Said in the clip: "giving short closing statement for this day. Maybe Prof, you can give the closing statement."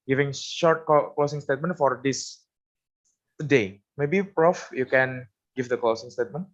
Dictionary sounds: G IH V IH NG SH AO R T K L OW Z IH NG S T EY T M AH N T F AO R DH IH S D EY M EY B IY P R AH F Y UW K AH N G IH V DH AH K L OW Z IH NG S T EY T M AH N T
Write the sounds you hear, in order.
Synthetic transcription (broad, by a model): G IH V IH NG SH AO R T K L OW S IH NG S T EY T M AH N T F AO R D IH S D EY M EY B IY P R AH F Y UW K AH N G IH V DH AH K L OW S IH NG S T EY T M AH N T